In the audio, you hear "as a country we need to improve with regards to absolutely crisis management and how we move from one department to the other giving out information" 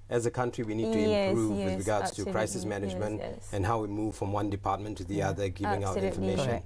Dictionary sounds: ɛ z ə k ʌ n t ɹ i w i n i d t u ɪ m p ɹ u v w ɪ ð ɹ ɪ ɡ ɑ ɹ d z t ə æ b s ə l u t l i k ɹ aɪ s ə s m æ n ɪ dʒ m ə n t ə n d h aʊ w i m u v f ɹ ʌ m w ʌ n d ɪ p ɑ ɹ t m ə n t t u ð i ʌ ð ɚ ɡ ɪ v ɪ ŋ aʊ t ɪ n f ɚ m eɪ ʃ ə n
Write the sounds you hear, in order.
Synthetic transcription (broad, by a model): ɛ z ə k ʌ n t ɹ i w i n i d t u ɪ m p ɹ u v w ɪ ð ɹ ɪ ɡ ɑ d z t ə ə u k ɹ aɪ s ə s m æ n ɪ dʒ m ə n t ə n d h aʊ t m u v f ɹ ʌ m w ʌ n d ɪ p ɑ t m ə n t t u ð i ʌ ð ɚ ɡ ɪ v ɪ ŋ aʊ t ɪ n f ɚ m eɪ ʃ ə n